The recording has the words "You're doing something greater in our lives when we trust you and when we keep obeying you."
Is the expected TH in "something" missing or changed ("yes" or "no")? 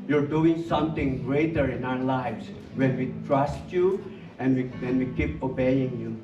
yes